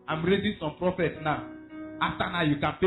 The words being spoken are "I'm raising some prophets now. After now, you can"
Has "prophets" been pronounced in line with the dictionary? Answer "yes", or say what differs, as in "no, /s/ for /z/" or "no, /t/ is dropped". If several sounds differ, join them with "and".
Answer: yes